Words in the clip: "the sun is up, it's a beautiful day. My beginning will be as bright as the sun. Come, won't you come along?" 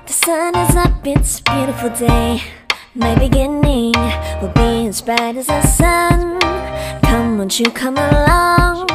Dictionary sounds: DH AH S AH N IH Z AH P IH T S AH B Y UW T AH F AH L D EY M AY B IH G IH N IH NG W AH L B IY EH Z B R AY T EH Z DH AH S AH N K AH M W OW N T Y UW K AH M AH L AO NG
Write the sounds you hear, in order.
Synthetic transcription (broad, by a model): DH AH S AH N IH Z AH B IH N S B Y UW T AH F L D EY M AY B IH G IH N IH NG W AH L B IY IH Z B AY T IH Z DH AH S AH N K AH M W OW N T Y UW K AH M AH L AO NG